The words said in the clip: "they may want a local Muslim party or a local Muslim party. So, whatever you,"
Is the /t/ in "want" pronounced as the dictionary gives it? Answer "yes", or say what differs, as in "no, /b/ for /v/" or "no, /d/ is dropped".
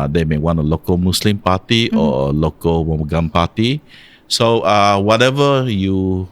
no, /t/ is dropped